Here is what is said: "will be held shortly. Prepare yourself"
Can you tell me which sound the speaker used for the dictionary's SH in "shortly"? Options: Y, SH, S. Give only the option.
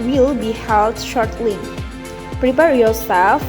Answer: SH